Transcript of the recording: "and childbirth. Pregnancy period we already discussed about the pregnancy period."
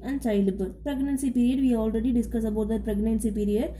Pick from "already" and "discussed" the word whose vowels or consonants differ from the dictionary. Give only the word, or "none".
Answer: discussed